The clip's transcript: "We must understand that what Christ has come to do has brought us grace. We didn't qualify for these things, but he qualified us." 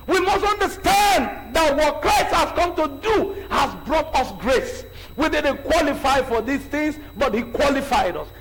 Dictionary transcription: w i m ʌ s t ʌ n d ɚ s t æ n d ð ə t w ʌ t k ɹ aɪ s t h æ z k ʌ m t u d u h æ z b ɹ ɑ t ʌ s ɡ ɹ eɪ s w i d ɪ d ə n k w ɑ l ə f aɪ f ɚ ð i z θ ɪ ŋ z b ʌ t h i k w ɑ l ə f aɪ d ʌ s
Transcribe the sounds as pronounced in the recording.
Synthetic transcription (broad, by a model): w i m ʌ s t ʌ n d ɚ s t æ n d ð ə t w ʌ t k ɹ aɪ s t h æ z k ʌ m t u d u h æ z b ɹ ɑ t ʌ s ɡ ɹ eɪ s w i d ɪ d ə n k w ɑ l ə f aɪ f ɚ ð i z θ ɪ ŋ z b ʌ t h i k w ɑ l ə f aɪ d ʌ s